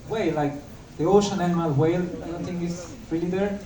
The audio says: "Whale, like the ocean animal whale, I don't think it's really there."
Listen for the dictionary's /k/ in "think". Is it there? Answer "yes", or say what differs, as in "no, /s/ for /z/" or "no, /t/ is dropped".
no, /k/ is dropped